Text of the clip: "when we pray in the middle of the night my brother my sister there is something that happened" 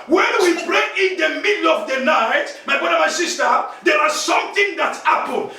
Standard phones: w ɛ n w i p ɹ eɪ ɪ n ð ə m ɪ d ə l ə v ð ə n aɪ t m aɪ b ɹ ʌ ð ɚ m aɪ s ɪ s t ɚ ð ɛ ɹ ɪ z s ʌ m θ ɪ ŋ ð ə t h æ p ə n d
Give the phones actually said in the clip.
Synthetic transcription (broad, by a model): w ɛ n w i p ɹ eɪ ɪ n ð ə m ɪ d l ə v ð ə n aɪ t m aɪ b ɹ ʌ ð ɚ m aɪ s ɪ s t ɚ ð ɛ w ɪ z s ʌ m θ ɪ ŋ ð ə t h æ p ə n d